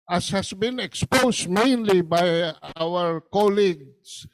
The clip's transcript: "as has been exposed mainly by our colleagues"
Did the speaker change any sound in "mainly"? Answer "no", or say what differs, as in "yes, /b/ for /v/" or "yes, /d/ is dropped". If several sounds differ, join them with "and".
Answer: no